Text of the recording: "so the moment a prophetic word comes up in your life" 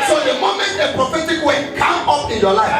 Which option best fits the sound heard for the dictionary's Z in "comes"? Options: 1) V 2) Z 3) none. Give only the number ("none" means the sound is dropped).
3